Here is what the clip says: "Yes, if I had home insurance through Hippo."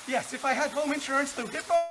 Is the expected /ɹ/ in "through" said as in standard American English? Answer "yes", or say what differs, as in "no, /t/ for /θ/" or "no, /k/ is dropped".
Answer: no, /ɹ/ is dropped